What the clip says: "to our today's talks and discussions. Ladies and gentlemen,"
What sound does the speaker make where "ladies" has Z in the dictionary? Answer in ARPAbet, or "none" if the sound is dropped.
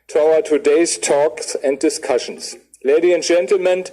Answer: none